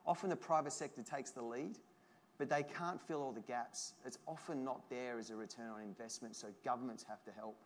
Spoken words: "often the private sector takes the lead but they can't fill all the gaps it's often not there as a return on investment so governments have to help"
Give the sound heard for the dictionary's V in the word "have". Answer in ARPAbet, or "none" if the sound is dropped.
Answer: F